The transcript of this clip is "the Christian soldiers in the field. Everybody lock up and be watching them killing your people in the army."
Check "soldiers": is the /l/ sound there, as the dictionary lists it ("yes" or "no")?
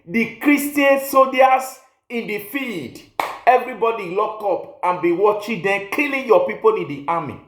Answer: no